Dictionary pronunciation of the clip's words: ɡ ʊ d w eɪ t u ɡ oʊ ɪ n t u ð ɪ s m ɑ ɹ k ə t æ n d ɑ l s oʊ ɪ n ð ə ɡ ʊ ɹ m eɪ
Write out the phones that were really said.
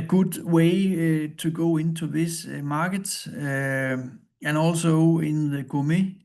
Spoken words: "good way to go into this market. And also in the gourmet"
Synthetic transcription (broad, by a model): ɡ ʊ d w eɪ s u ɡ oʊ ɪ n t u ð ɪ s m ɑ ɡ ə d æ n ɑ l s oʊ ɪ n ð ə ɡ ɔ m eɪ